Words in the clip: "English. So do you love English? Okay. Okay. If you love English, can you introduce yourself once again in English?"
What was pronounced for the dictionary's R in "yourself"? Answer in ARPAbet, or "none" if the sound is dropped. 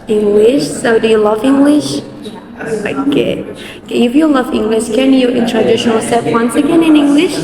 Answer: L